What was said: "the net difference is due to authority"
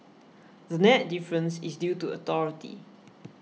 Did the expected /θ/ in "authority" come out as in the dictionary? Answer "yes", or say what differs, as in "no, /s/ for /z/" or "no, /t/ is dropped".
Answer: no, /t/ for /θ/